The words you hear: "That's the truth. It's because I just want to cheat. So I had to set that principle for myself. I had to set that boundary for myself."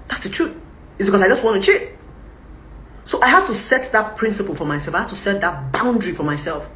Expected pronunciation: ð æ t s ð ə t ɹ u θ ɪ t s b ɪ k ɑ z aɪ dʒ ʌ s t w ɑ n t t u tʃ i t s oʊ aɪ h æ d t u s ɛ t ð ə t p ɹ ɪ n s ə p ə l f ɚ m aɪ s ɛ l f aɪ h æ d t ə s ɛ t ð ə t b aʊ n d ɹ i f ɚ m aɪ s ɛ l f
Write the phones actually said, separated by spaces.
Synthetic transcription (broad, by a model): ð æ t s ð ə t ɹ u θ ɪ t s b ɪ k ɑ s aɪ dʒ ʌ s t w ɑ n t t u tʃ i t s oʊ aɪ h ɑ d t u s ɛ t ð ə t p ɹ ɪ n s ə p ə l f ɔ m aɪ s ɛ l f aɪ h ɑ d t ə s ɛ t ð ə t b aʊ n d ɹ i f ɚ m aɪ s ɛ l f